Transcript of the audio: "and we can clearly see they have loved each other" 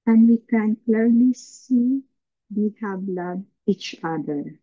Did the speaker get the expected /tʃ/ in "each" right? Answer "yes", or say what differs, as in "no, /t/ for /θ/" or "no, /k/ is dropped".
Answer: yes